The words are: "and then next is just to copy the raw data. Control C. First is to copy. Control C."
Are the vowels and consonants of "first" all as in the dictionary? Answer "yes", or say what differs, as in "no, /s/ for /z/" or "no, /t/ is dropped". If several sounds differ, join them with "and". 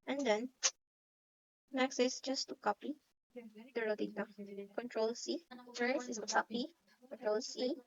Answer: no, /t/ is dropped